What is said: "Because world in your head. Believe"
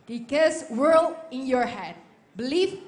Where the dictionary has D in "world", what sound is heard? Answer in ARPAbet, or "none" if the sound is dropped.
none